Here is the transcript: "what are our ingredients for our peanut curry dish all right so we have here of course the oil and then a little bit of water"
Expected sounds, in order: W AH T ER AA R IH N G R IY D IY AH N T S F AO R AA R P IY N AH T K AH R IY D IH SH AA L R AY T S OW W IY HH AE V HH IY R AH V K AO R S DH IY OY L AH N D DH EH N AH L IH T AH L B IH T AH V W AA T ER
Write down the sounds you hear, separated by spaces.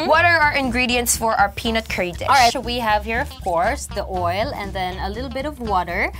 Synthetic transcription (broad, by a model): W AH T ER AA R IH N G R IY D IY AH N T S F AO R AA R P IY N AH T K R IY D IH AA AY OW W IY HH AE V HH IY R AH V K AO R S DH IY OY L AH N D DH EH N AH L IH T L B IH T AH V W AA T ER